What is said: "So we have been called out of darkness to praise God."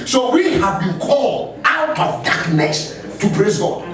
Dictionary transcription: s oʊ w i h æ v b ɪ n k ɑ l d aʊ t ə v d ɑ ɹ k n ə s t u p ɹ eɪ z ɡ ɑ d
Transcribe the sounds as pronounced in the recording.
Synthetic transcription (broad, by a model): s oʊ w i h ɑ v b ɪ n k ɑ l d aʊ t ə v d ɑ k n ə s t u b ɹ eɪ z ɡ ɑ